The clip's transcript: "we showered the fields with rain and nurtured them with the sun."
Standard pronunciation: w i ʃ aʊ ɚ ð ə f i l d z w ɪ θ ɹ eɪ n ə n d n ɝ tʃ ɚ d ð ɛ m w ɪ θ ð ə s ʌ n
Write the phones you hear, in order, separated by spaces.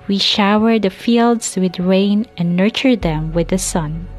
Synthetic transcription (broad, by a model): w i ʃ aʊ ɚ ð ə f i l d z w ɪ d ɹ eɪ n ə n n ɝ tʃ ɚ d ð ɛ m w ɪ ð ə s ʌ n